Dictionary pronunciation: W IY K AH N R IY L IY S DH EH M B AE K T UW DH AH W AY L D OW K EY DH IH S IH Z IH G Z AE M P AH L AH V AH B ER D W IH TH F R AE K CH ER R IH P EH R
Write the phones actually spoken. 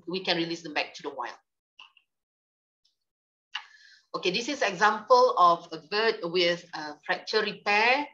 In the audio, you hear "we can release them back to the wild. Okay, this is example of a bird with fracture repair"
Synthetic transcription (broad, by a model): W IY K AH N R IY L IY S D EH M B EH K T UW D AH W AY L OW K EY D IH S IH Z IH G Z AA M P AH L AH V AH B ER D W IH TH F R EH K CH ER R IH P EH